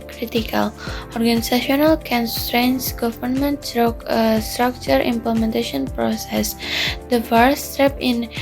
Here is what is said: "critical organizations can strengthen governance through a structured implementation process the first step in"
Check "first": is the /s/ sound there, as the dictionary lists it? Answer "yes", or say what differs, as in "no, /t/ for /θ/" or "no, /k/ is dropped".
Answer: no, /s/ is dropped